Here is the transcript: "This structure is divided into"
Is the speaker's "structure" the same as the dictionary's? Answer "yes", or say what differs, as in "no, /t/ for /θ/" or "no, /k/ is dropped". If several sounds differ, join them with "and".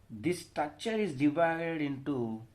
no, /ɹ/ is dropped